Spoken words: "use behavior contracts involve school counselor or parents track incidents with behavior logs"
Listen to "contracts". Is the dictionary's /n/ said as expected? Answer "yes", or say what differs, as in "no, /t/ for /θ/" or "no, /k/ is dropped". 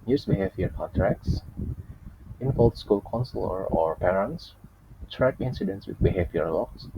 no, /n/ is dropped